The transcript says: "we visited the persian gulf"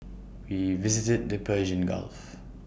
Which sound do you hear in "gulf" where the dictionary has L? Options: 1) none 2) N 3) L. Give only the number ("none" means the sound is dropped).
3